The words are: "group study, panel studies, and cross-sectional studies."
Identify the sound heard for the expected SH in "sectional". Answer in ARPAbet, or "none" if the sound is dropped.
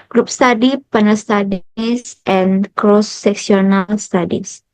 S